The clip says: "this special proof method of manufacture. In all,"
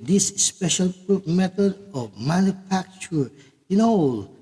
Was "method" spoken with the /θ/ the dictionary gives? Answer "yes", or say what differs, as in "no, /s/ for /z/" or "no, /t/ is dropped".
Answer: no, /t/ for /θ/